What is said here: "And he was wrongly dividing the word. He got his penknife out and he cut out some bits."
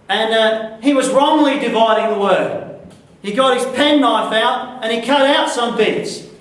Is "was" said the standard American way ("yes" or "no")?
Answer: yes